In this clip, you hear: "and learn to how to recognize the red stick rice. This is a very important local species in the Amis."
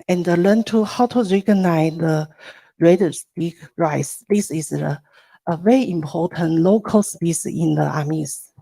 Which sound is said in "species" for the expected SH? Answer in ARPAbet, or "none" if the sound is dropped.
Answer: S